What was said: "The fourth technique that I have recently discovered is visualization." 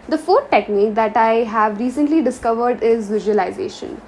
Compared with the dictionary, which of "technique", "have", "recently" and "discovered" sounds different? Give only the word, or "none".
none